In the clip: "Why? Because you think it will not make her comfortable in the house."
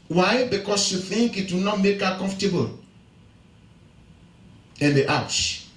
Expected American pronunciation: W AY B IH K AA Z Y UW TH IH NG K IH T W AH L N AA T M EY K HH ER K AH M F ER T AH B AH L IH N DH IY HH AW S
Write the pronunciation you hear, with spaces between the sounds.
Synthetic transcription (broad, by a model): W AY B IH K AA S Y UW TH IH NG K IH T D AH N AA T M EY K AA K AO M F T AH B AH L IH N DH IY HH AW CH